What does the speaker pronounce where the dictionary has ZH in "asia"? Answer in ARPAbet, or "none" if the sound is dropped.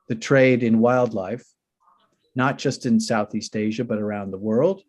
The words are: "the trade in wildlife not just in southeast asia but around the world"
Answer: ZH